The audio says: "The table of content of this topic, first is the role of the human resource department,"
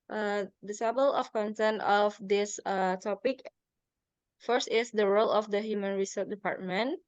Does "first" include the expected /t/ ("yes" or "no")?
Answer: yes